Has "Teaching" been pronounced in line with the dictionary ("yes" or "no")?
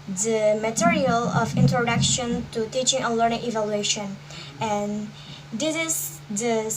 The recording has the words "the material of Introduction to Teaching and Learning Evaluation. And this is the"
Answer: yes